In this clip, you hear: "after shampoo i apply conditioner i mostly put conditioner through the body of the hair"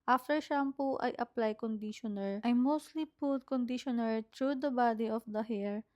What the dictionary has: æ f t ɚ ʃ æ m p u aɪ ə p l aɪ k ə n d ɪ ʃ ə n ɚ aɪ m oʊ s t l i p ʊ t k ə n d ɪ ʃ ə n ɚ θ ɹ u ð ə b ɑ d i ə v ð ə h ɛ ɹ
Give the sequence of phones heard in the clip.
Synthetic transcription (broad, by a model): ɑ f t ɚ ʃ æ m p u aɪ ə p l aɪ k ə n d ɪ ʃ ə n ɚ aɪ m oʊ s t l i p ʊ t k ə n d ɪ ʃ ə n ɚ t ɹ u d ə b ɑ d i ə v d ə h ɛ ɹ